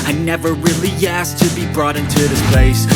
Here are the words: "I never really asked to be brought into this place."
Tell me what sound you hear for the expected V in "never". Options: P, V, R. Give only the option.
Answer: V